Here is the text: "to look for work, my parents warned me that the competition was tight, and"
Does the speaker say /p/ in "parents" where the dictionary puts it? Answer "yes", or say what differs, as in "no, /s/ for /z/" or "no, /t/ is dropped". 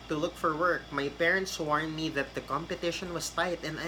yes